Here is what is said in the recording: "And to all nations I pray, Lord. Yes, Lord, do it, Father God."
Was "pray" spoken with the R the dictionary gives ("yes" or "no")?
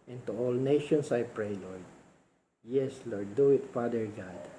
yes